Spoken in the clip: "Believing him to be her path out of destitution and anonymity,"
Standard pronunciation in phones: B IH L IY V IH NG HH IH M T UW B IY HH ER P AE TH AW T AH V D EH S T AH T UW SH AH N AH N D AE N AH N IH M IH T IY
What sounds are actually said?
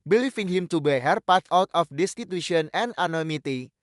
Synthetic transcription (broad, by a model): B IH L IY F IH NG HH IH M T UW B IY HH ER P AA T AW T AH F D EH S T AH T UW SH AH AH N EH N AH N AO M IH T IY